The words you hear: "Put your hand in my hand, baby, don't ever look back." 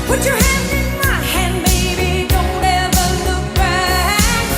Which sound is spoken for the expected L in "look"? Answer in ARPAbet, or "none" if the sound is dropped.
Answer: L